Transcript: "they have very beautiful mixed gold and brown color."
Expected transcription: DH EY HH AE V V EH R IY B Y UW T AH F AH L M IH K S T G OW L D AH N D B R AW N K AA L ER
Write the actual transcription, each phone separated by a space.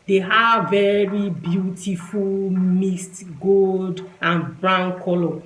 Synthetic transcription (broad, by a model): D EY HH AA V V EH R IY B Y UW T AH F AH L M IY S T G OW L D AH N B R AW N K AA L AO